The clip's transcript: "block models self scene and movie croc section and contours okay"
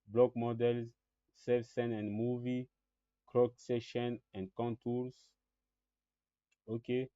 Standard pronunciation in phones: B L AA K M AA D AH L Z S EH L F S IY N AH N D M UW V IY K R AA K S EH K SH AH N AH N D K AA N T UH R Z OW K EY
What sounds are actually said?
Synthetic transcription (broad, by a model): B L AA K M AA D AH L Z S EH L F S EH N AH N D M UW V IY K R AA K S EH SH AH N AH N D K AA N T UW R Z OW K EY